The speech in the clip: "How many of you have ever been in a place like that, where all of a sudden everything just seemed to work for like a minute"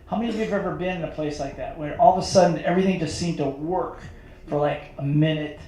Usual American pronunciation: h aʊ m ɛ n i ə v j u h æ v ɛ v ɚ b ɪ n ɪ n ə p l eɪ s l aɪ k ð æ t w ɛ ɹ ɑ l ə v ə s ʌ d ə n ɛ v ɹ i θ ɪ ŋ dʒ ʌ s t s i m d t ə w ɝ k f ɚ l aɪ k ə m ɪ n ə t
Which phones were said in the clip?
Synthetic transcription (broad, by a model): h aʊ m ɛ n i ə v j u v ɛ v ɚ b ɪ n ɪ n ə p l eɪ s l aɪ k ð æ t w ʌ ɹ ɑ l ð ə s ʌ d n ɛ v ɹ i θ ɪ ŋ dʒ ʌ s t s i m t ə w ɝ k f ɚ l aɪ k ə m ɪ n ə t